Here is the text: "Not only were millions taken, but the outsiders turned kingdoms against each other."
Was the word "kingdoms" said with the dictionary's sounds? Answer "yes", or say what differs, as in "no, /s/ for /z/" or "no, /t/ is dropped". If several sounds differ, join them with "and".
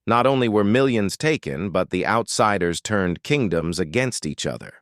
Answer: yes